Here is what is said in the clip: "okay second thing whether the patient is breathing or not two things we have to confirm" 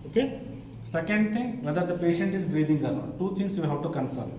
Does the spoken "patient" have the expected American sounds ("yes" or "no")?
yes